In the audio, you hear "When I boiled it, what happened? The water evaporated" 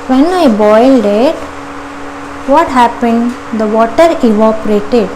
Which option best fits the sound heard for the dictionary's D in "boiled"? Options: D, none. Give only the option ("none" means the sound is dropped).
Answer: D